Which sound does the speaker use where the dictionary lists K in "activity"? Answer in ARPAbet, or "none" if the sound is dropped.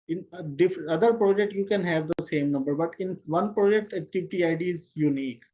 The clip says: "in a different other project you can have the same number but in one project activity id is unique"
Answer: none